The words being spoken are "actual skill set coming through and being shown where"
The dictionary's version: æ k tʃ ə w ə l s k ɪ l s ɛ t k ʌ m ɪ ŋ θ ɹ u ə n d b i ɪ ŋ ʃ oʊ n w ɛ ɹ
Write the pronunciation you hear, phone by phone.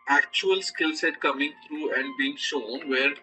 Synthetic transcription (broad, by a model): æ k tʃ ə ə l s k ɪ l s ɛ t k ʌ m ɪ ŋ t ɹ u ə n d b i ɪ ŋ ʃ oʊ n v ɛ ɹ